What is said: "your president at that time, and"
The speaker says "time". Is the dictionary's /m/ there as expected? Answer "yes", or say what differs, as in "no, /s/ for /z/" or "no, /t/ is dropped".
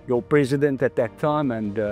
yes